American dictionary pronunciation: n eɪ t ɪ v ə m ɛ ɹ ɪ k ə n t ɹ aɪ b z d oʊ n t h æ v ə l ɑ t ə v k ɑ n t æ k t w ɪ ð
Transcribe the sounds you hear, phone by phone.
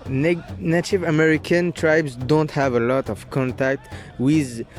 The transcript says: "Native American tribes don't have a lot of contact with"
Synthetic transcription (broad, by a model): n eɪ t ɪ v ə m ɛ ɹ ɪ k ə n t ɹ aɪ b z d oʊ n t h æ v ə l ɑ t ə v k ɑ n t æ k t w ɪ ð